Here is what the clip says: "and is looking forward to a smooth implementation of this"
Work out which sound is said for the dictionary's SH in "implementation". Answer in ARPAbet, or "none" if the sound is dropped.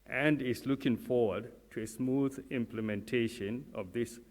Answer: SH